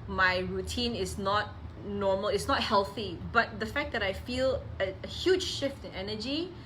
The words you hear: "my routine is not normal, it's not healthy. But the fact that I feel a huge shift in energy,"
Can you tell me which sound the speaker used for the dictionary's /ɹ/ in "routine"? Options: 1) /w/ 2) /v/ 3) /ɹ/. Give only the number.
3